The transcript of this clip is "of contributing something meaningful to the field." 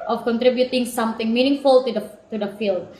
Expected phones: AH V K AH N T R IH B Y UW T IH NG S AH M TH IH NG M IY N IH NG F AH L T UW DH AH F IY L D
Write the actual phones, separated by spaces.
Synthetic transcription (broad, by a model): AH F K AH N T R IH B Y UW T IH NG S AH M T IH NG M IY N IH NG F AH L T UW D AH F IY L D